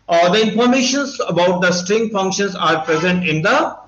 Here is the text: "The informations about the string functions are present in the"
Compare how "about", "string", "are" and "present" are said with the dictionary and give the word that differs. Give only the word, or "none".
none